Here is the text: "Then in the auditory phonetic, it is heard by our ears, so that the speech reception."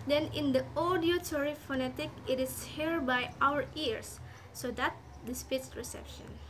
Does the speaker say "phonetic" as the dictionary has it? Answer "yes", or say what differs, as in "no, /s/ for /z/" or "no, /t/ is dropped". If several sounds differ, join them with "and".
yes